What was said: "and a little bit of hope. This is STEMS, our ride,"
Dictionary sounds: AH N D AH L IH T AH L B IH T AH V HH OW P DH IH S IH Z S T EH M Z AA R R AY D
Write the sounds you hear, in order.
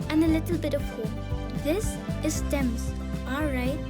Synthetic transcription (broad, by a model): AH N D AH L IH T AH L B IH T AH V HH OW DH IH S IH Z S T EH M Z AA L R AY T